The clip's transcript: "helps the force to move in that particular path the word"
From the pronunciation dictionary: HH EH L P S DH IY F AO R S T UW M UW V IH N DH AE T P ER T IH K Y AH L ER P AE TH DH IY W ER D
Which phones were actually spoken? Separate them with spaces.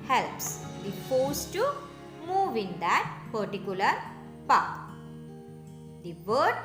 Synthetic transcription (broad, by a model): HH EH L P S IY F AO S T UW M UW V IH N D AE T P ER T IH K Y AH L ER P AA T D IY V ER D